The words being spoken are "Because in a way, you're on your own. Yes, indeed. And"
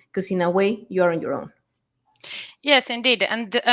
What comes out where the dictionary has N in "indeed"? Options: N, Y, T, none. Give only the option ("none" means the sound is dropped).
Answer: N